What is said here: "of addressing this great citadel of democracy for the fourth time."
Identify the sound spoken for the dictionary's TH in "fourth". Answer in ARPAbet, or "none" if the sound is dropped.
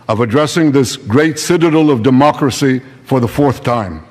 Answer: TH